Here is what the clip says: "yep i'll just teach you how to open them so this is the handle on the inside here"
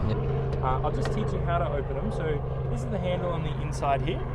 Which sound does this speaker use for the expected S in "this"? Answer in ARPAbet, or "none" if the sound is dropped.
none